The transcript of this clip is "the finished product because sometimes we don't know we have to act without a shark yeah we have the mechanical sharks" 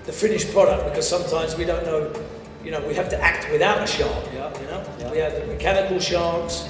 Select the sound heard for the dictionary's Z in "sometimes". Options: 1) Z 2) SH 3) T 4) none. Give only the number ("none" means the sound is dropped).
1